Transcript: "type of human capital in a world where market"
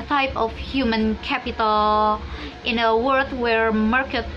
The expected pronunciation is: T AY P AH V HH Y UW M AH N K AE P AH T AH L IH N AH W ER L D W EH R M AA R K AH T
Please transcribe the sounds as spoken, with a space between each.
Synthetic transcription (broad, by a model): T AY P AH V HH Y UW M AH N K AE P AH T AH L IH N AH W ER D W EH R M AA R K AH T